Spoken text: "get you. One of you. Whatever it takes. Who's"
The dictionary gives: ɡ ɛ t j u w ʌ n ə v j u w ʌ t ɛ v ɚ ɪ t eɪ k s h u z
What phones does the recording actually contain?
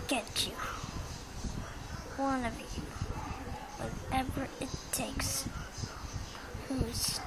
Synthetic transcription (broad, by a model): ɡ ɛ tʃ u w ʌ n ə v j u w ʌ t ɛ v ɚ ɪ t eɪ k s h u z